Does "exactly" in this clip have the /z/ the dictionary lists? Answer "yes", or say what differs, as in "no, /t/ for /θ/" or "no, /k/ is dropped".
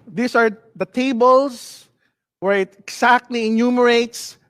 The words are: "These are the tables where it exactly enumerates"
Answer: no, /s/ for /z/